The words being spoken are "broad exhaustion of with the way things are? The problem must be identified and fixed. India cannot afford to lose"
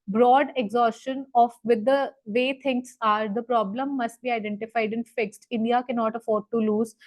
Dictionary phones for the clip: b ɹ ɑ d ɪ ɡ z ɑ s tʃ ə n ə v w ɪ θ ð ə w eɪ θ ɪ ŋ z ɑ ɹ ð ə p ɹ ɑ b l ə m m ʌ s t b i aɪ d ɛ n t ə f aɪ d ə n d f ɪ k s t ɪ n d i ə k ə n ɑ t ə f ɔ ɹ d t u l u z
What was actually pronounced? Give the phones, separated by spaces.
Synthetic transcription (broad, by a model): b ɹ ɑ d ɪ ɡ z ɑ s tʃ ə n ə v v ɪ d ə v eɪ t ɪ ŋ s ɑ ɹ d ə p ɹ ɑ b l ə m m ʌ s t b i aɪ d ɛ n t ə f aɪ d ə n f ɪ k s t ɪ n d i ə k ə n ɑ t ə f ɔ ɹ d t u l u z